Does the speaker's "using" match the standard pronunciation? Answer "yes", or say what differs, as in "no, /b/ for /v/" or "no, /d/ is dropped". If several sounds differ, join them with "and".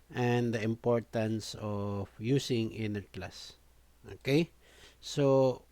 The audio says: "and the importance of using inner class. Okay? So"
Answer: no, /s/ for /z/